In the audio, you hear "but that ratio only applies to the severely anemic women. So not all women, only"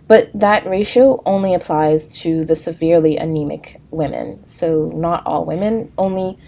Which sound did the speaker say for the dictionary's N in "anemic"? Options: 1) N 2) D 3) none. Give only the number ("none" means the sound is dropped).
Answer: 1